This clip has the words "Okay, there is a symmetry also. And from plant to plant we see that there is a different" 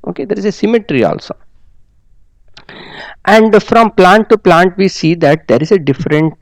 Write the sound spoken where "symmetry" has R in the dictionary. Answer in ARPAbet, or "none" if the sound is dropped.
R